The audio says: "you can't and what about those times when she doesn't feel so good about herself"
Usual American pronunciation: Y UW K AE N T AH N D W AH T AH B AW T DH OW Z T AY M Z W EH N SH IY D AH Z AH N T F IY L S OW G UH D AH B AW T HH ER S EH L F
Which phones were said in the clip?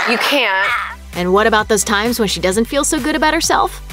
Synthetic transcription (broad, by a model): Y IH K AE N T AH N W AH T AH B AW T DH OW Z T AY M Z W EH N SH IY D AH Z AH N T F IY L S OW G UH D AH B AW T HH ER S EH L F